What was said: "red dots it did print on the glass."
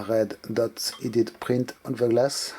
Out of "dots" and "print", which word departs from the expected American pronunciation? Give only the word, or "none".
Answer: none